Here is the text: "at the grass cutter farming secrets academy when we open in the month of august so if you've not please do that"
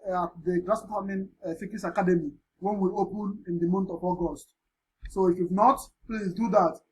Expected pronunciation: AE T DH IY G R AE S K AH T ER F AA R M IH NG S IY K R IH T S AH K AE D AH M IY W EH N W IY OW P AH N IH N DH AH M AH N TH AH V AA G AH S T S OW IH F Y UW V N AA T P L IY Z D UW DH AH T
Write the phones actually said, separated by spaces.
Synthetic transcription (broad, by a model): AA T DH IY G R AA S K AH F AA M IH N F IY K IH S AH K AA D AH M IY W EH N W IY OW P AH N IH N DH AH M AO N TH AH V AA G AH S T S OW IH F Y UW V N AA T P L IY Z D UW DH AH T